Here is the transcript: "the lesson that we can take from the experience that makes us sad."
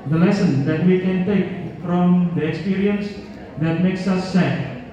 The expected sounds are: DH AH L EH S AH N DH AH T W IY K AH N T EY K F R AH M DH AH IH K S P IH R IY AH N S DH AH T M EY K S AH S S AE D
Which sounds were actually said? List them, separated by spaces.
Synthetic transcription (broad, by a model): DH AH L EH S AH N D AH T W IY K AH N T EY K F R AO M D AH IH K S P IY R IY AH N S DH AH T M EY K S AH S S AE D